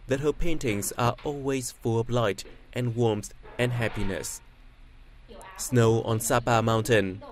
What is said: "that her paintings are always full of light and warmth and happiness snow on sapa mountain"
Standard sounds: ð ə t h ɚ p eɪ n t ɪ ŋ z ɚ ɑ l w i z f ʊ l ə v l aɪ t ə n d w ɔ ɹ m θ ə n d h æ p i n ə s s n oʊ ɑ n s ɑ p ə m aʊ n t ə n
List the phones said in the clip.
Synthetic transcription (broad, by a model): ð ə t h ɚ p eɪ n t ɪ ŋ z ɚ ɑ l w i z f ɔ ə b l aɪ t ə n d w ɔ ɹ m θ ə n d h æ p i n ə s s n oʊ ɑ n s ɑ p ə m aʊ n t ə n